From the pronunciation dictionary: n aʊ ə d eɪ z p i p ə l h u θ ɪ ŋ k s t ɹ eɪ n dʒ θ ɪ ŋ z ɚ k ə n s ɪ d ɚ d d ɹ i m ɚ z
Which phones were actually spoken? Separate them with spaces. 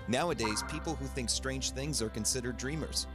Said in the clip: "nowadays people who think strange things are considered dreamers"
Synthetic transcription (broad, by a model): n aʊ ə d eɪ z p i p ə l h u θ ɪ ŋ k s t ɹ eɪ n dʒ θ ɪ ŋ z ɚ k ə n s ɪ d ɚ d d ɹ i m ɚ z